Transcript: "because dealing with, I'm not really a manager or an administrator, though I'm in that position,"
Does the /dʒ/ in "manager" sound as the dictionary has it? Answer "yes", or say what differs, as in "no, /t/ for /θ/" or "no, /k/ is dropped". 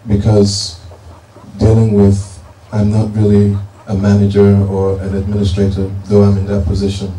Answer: yes